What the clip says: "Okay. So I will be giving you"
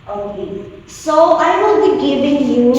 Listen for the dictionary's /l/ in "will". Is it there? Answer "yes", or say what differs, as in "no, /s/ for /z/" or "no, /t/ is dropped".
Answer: no, /n/ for /l/